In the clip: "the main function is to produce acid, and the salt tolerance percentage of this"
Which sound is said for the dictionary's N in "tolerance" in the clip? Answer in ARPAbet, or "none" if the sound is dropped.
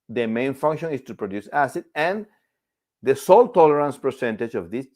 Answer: N